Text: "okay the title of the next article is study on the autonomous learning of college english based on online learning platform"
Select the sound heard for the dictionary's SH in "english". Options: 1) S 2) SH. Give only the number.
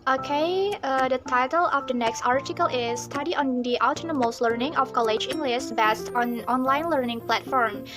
1